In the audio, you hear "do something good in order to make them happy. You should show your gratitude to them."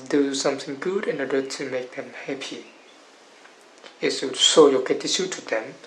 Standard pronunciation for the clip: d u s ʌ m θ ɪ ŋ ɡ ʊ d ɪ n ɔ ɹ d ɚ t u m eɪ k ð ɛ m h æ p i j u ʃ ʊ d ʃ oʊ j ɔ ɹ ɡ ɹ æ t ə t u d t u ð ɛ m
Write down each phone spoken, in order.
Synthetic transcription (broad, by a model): d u s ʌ m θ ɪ ŋ ɡ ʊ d ɪ n ɔ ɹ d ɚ t u m eɪ k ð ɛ m h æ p i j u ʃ ʃ oʊ j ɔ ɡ æ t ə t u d t u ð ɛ m